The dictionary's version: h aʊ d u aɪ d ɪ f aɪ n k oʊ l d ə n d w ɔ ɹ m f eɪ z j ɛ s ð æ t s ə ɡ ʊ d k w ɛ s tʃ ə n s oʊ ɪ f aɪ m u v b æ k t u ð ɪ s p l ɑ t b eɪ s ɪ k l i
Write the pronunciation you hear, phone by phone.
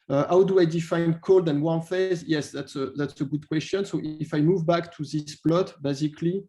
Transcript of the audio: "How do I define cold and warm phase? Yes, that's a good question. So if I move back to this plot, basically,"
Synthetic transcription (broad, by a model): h aʊ d u aɪ d ɪ f aɪ n k oʊ l d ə n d w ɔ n f eɪ z j ɛ s ð æ t s ə ɡ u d k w ɛ s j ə n s oʊ ɪ f aɪ m u v b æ k t u ð ɪ s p l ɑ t b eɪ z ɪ k l i